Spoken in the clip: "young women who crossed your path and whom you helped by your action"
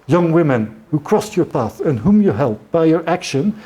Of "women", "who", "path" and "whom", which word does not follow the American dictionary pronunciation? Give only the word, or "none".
none